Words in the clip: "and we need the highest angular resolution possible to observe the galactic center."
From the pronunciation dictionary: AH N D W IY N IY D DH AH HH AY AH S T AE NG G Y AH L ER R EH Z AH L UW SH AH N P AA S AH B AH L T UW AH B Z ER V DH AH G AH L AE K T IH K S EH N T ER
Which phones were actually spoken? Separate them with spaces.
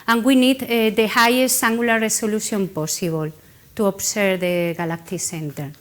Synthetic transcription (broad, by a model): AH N W IY N IY D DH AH HH AY AH S T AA NG G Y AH L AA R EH S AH L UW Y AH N P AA S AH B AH L T UW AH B S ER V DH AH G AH L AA K T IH S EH N T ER